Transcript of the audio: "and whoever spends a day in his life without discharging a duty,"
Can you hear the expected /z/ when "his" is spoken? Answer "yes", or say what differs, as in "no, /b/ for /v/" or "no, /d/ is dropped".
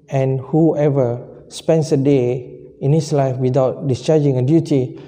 no, /s/ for /z/